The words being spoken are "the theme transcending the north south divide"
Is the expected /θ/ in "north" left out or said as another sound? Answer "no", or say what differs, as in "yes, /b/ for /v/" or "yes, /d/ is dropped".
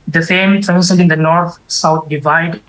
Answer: yes, /t/ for /θ/